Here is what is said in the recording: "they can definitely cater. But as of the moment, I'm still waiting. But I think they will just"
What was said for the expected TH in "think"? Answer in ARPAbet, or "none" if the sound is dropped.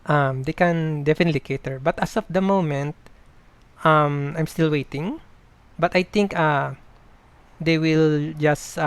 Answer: T